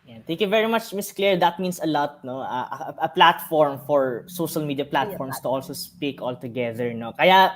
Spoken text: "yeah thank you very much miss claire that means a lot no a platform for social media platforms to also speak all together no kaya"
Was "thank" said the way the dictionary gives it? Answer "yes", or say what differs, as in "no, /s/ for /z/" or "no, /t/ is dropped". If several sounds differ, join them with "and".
no, /t/ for /θ/